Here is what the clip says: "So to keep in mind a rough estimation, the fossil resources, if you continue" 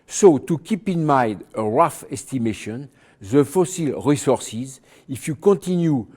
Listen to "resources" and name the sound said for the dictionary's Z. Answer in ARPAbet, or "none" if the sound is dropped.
Z